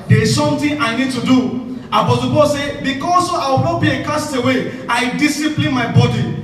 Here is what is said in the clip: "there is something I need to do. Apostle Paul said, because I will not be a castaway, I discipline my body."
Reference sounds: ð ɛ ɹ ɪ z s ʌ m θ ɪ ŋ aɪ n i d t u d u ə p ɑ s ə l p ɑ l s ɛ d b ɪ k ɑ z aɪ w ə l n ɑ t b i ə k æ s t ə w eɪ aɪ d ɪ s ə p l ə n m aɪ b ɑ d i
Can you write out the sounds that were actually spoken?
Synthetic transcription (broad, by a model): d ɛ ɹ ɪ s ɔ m t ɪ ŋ aɪ n i d t u d u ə b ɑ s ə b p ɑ s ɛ b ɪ k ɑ s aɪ w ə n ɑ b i ə k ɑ s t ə w eɪ aɪ d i s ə p l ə n m aɪ b ɑ d i